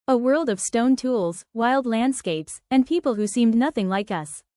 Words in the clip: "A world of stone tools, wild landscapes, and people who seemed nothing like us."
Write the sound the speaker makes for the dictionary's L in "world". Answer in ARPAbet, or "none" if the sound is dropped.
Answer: L